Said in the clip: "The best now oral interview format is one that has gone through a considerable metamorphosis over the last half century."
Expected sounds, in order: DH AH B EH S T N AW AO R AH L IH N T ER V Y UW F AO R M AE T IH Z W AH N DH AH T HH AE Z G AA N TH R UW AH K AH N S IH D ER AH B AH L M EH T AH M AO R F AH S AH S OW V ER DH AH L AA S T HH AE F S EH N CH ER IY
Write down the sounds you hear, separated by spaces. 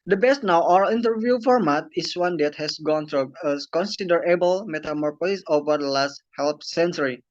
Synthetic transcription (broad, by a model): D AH B EH S T N AW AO AH N T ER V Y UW F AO R M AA T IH S W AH N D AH T HH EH S G AA N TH R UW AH K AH N S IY D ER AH B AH L M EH T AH M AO R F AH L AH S OW V ER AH L AA S T HH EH P S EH N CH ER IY